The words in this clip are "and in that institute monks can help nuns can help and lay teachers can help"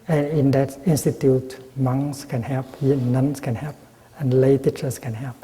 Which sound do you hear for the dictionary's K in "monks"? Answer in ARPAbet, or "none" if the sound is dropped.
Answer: none